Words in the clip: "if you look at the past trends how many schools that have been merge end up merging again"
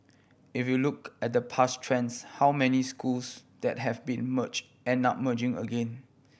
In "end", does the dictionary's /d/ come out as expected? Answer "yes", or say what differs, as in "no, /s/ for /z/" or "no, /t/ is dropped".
no, /d/ is dropped